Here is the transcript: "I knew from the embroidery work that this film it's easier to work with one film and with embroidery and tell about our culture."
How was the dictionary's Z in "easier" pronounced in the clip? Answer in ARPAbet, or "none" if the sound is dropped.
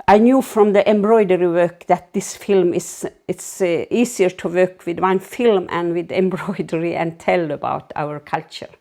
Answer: S